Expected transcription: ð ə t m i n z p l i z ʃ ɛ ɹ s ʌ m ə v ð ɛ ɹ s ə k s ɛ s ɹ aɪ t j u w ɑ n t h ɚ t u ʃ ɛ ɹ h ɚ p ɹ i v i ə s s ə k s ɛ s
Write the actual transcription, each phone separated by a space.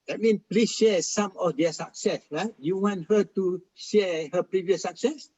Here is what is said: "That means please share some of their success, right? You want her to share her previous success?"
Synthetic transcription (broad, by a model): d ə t m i n p l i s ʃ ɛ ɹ s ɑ m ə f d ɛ s ə k s ɛ s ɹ aɪ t j u w ɑ n t h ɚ t u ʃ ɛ h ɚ p ɹ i v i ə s s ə k s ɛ s